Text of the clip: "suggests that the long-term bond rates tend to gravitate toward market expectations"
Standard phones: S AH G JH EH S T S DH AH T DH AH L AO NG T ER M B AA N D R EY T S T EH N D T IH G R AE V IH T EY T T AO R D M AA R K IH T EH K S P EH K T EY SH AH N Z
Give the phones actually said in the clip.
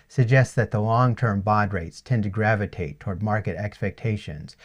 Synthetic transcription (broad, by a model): S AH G JH EH S T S DH AH T DH AH L AO NG T ER M B AA D R EY T S T EH N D T IH G R AE V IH T EY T T AO R D M AA R K IH T EH K S P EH K T EY SH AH N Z